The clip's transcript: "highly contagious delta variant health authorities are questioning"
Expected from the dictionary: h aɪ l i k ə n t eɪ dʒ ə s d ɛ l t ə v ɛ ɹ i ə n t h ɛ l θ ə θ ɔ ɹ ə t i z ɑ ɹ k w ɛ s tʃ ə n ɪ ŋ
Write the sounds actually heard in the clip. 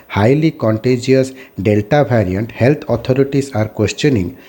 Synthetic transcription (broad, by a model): h aɪ l i k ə n t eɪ dʒ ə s d ɛ l t ə b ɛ ɹ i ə n t h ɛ l t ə t ɔ ɹ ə t i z ɑ ɹ k w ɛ s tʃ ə n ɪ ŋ